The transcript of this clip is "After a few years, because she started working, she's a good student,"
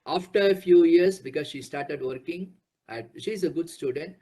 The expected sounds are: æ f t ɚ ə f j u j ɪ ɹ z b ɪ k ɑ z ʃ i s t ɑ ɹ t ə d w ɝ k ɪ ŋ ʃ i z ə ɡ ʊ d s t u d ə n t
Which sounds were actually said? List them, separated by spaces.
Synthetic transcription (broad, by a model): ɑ f t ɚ ə f j u j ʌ ɹ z b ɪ k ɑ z ʃ i s t ɑ ɹ t ə d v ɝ k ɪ ŋ ʃ i z ə ɡ ʊ d s t u d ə n t